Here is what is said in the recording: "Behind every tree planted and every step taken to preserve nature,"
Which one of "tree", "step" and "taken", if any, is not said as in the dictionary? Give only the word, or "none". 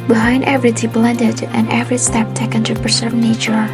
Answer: tree